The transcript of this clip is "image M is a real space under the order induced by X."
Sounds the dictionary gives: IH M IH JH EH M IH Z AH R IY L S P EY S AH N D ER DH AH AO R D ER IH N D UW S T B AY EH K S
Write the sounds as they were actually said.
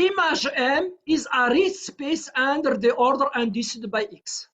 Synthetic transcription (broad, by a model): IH M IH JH EH M IH Z AH R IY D S P EY S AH N D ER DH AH AO R D ER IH N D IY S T B AY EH K S